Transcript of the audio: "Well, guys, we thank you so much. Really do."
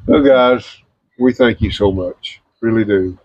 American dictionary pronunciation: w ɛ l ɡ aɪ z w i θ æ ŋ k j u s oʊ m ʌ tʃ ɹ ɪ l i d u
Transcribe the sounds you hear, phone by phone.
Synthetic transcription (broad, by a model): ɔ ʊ ɡ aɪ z w i θ æ ŋ k j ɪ s oʊ m ʌ tʃ ɹ ɪ l i d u